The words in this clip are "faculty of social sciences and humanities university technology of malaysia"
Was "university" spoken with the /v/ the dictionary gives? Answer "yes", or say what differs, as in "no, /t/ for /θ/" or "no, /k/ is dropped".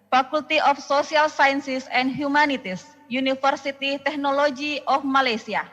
no, /f/ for /v/